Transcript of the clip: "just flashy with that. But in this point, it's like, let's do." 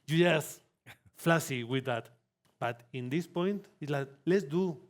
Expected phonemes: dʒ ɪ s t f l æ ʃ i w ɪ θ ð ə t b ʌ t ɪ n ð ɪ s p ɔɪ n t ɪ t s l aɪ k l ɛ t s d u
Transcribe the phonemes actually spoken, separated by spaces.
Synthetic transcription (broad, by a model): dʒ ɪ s f l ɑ s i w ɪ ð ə t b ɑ t ɪ n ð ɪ s p ɔɪ n t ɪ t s l aɪ k l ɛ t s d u